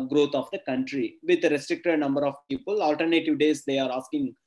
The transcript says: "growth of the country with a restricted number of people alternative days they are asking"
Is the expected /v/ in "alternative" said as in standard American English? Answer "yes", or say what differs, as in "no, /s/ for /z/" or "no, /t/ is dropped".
yes